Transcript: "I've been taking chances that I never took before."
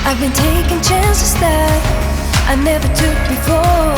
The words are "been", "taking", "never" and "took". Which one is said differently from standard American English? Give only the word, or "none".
none